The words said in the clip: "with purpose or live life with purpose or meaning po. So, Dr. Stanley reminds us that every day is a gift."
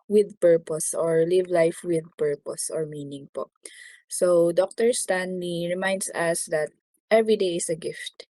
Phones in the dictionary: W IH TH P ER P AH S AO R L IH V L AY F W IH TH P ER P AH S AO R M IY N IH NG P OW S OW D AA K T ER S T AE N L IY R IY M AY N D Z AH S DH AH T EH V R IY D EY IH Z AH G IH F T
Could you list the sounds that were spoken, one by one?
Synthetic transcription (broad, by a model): W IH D P ER P AH S AO R L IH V L AY F W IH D P ER P AH S AO R M IY N IH NG P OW S OW D AA K T ER S T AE N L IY R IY M AY N D S AH S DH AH T EH V R IY D EY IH S AH G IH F T